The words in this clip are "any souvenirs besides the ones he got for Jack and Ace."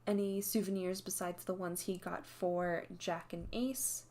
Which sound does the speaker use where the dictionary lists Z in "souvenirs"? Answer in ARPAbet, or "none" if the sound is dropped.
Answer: Z